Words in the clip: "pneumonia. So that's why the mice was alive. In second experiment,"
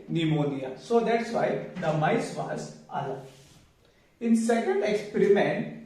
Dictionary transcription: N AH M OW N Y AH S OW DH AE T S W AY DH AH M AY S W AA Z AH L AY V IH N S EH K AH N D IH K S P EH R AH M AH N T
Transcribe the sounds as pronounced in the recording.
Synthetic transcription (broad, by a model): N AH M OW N Y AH S OW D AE T S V AY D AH M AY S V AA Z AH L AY IH N S EH K AH N D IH K S P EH R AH M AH N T